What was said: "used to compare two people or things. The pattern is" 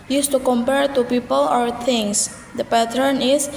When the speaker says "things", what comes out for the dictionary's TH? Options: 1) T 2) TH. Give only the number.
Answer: 1